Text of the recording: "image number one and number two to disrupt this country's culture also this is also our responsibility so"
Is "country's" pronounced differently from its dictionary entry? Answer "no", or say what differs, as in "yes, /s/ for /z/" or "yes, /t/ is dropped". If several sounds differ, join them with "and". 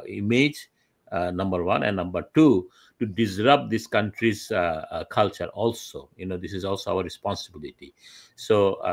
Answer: no